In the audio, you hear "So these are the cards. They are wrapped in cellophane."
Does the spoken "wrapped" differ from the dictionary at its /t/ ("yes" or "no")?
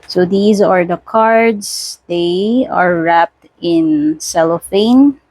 no